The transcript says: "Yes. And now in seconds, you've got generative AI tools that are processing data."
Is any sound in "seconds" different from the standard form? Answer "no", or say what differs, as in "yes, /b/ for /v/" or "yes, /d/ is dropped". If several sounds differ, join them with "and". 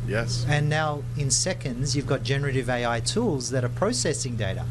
no